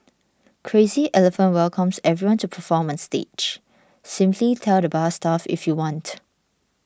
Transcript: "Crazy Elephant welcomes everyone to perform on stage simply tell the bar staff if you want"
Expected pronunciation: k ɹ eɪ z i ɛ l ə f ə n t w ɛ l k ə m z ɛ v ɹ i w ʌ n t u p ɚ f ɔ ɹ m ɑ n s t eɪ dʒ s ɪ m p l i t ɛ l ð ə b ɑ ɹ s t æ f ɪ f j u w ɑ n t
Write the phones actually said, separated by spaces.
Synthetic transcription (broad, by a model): k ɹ eɪ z i ɛ l ə f ə n t w ɛ l k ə m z ɛ v ɹ i w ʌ n t u p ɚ f ɔ m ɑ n s t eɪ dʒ s ɪ m p l i t ɛ l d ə b ɑ s t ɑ f ɪ f j u w ɑ n t